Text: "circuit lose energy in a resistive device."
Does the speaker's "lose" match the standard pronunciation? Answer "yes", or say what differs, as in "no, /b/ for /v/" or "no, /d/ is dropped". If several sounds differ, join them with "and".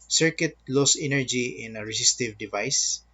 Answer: no, /s/ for /z/